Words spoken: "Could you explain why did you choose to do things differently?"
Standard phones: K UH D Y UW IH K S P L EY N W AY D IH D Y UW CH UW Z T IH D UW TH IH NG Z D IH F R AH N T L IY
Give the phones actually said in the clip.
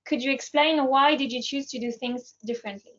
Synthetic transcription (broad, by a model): K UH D Y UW IH K S P L EY N W AY D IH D Y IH CH UW Z T IH D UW TH IH NG Z D IH F R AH N T L IY